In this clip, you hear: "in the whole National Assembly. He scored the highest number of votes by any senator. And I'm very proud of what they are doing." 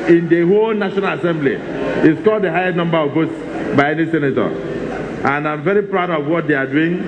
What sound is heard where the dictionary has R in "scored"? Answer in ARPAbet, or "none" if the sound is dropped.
L